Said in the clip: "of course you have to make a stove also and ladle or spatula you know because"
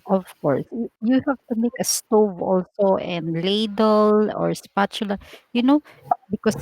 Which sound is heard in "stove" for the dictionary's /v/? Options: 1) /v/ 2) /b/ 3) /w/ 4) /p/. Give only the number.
1